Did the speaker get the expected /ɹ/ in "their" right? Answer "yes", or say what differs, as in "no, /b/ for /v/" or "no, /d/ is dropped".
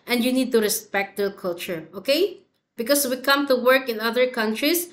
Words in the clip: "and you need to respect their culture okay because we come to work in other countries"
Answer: no, /l/ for /ɹ/